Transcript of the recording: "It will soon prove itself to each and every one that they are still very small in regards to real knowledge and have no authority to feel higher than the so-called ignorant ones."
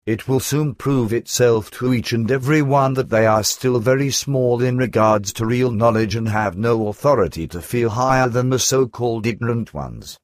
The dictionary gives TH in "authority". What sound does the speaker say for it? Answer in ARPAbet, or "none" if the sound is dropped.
TH